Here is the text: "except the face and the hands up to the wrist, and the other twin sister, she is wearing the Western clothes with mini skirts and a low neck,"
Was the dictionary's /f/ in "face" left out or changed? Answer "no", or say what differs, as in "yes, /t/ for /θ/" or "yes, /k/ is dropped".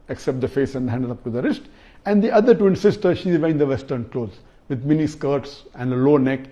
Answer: no